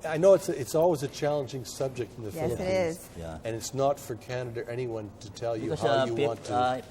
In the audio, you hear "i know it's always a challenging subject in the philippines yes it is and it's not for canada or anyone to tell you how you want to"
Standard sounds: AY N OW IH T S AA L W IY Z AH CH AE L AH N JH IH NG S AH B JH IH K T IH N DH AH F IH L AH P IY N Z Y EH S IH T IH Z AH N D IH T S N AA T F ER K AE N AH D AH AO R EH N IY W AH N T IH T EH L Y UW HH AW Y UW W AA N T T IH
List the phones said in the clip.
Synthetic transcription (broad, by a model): AY N OW IH T S AA L W IY Z AH CH AE L AH N JH IH NG S AH B JH IH K T N DH AH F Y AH IH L IH T IH Z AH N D IH T S N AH T F ER K AE N AH D AH R EH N IY W AH N T IH T EH L Y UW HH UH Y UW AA N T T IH